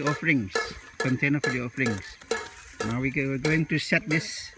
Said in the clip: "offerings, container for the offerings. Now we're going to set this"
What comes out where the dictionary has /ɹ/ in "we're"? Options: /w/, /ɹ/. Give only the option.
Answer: /w/